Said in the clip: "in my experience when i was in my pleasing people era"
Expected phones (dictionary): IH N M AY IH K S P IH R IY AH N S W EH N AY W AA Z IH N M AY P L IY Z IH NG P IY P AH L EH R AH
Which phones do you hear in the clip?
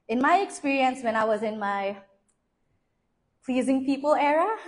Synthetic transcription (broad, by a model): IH N M AY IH K S P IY R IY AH N S W EH N AY W AA Z IH N M AY P L IY Z IH NG P IY P AH L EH R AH